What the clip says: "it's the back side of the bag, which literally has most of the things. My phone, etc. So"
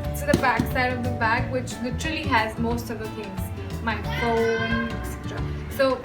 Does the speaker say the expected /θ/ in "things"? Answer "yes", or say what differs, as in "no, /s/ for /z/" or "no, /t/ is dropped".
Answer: no, /f/ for /θ/